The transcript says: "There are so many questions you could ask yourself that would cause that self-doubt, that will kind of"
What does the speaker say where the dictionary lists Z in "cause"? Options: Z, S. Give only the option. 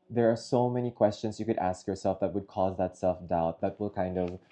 Z